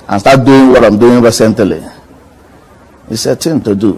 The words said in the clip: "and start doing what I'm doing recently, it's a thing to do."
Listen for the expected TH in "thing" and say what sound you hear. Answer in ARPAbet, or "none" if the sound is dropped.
T